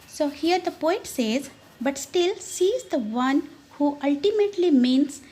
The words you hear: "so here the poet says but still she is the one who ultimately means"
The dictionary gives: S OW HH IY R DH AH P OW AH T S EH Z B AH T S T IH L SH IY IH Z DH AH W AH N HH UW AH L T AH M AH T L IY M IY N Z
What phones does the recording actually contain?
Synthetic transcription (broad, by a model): S OW HH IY R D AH P OW AH T S EH Z B AH T S T IH L S IY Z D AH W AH N HH UW AH L T AH M AH T L IY M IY N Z